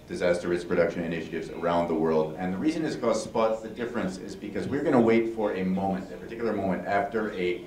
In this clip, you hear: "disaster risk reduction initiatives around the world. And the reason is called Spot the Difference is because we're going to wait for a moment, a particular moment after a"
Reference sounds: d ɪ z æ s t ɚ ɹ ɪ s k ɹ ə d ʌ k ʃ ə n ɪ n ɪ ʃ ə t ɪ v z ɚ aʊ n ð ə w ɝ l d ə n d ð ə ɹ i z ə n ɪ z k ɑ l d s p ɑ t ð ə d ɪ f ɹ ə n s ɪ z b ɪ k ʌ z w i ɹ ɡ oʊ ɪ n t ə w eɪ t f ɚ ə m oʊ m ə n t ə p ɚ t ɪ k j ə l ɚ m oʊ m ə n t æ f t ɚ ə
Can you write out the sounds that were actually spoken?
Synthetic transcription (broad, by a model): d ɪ z æ s t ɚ ɹ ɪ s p ɹ ə d ʌ k ʃ ə n ɪ n ɪ ʃ ə t ɪ v z ɚ aʊ n ð ə w ɝ l d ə n ð ə ɹ i z ə n ɪ z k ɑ s p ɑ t ð ə d ɪ f ɹ ə n s ɪ z b ɪ k ʌ z w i ɹ ɡ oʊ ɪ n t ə w eɪ t f ɚ ə m oʊ m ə n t ə p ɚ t ɪ k j l ɚ m oʊ m ə n t æ f t ɚ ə